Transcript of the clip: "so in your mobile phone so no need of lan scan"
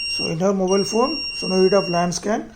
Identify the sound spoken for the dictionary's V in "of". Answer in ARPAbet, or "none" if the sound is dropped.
P